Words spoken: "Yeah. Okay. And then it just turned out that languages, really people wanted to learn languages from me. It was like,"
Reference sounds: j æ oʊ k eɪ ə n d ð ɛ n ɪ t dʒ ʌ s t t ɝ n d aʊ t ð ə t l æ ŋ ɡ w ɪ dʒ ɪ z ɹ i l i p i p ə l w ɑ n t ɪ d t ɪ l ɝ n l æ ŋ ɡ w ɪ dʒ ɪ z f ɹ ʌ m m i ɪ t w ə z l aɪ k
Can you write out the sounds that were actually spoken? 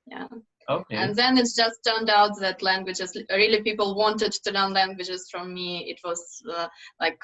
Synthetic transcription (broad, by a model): j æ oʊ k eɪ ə n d ð ɛ n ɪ t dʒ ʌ s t t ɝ n d aʊ t ð ə t l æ ŋ ɡ w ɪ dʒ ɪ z ɹ i l i p i p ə l w ɑ n t ɪ d t ɪ n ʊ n l æ ŋ ɡ w ɪ dʒ ɪ z f ɹ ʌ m m i ɪ t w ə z l aɪ k